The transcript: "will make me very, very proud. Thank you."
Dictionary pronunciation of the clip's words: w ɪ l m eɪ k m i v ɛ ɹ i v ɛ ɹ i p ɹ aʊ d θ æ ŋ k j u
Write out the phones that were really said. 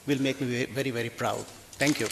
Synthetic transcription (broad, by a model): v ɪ l m eɪ k m i v ɛ ɹ i v ɛ ɹ i p ɹ aʊ d t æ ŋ k j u